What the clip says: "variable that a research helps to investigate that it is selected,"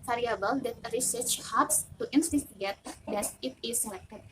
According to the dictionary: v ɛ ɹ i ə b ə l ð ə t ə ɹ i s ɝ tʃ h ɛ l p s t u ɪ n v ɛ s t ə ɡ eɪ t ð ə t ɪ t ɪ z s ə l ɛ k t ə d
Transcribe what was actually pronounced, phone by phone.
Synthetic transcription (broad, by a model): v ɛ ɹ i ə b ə l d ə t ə ɹ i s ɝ tʃ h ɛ p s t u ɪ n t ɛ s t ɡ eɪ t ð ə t ɪ t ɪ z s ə l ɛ k t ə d